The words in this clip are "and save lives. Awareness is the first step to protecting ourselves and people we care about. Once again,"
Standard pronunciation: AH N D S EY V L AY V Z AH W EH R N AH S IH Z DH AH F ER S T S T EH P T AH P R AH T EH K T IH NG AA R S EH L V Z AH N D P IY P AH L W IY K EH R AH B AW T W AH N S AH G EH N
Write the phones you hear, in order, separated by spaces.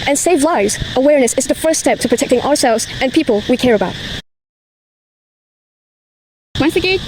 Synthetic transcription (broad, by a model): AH N S EY V L AY V Z AH W EH R N AH S IH Z DH AH F ER S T S T EH P T AH P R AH T EH K T IH NG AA R S EH L V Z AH N P IY P AH L W IY K EH R AH B AW T W AH N S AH G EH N